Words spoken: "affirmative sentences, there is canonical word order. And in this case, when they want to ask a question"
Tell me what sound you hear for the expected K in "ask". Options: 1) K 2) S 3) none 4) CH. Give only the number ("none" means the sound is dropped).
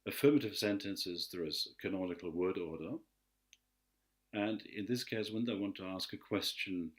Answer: 1